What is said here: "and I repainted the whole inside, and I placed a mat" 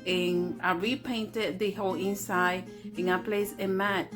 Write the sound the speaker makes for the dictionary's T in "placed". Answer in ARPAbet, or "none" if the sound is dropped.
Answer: none